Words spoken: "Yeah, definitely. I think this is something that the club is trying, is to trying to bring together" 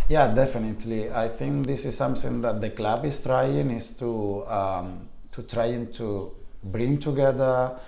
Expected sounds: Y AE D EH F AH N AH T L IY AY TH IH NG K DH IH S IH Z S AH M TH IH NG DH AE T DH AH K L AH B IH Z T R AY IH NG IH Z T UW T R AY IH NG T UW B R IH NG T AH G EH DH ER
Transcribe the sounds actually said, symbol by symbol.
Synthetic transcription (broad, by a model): Y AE D EH F AH N AH T L IY AY T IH NG K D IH S IH Z S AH M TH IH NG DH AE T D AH K L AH B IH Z T R AY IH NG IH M T UW T R AY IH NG T UW B R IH NG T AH G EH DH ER